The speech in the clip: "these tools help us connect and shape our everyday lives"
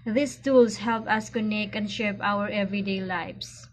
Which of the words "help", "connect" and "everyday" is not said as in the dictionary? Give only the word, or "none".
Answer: connect